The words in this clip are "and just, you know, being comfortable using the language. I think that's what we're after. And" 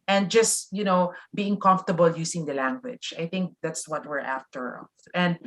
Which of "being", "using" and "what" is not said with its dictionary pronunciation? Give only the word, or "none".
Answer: using